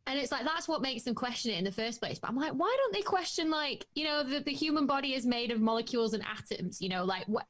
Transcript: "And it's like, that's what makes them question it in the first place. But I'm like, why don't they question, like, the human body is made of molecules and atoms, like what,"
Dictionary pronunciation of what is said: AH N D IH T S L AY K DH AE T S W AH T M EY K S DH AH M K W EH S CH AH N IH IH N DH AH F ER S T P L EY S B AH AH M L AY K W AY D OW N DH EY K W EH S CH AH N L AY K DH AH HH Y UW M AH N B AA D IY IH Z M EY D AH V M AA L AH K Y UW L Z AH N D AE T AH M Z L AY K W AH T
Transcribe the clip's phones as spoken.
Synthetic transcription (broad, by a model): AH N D IH T S L AY K DH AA T S W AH T M EY K S DH AH M K W EH S CH AH N IH IH N DH AH F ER S P L EY S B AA AH M L AY K W AY D OW N DH EY K W EH S CH AH N L AY K DH AH HH Y UW M AH N B AA D IY IH Z M EY D AH V M AA L AH K Y UW L Z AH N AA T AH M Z L AY K W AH